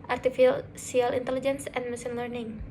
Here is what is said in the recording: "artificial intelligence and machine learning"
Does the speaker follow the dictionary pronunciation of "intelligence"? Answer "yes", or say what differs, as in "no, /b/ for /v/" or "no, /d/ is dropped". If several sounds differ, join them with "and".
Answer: yes